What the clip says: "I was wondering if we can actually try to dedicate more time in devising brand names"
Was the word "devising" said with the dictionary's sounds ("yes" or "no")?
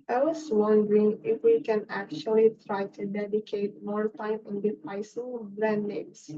no